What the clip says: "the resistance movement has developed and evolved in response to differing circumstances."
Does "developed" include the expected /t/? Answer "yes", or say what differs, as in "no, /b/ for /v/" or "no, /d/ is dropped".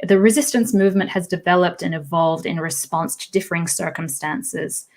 yes